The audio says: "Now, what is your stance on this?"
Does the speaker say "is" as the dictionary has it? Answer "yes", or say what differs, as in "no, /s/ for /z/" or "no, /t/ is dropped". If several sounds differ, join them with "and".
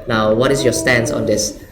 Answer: no, /s/ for /z/